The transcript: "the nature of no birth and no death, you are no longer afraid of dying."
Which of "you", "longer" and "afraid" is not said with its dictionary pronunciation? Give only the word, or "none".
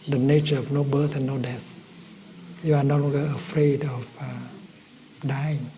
longer